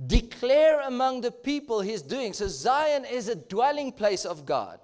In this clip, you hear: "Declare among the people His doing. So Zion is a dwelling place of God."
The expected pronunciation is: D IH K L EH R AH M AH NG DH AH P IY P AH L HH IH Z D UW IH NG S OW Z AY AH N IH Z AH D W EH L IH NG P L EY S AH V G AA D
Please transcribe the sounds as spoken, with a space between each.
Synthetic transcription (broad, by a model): D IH K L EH R AH M AH NG DH AH P IY P AH L HH IH Z D UW IH NG S OW Z AY AH N IH Z AH D W EH L IH NG P L EY S AH V G AA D